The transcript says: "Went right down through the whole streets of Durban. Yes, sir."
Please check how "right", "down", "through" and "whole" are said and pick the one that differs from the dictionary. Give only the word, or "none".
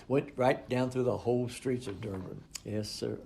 none